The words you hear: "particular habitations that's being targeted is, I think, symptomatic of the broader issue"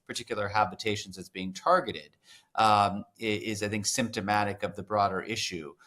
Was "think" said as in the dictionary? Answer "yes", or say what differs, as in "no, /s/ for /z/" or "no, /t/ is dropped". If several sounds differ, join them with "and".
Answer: yes